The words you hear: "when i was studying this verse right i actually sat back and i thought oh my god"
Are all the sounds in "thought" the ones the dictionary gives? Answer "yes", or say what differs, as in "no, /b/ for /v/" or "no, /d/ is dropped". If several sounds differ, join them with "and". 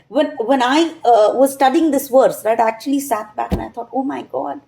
no, /t/ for /θ/